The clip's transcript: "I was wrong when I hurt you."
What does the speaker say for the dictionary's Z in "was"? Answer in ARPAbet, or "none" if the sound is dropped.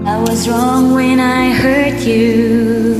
Z